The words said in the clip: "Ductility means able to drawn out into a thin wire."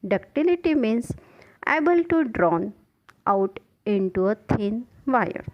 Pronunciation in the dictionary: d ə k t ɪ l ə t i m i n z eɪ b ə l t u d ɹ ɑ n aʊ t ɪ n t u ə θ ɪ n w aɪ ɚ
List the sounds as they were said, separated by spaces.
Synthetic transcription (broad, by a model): d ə k t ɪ l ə t i m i n s eɪ b ə l t u d ɹ ɑ n aʊ t ɪ n t u ə t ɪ n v aɪ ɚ